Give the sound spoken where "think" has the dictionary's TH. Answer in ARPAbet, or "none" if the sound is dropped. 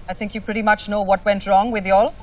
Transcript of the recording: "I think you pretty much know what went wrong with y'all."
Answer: TH